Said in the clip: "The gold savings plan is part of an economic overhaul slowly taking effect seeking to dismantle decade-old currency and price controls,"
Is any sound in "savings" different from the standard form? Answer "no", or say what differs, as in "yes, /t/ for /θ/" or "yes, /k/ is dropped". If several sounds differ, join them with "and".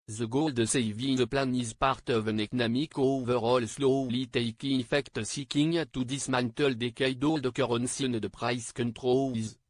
yes, /ŋ/ is dropped